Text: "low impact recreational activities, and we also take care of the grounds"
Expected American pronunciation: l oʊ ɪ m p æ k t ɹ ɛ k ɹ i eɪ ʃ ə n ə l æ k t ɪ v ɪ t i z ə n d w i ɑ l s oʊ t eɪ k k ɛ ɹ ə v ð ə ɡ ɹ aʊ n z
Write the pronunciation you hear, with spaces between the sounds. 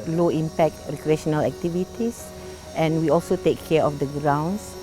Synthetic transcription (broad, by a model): l oʊ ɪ m p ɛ k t ɹ ɛ k ɹ i eɪ ʃ ə n ə l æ k t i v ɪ t i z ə n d w i ɑ l s oʊ t eɪ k k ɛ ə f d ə ɡ ɹ aʊ n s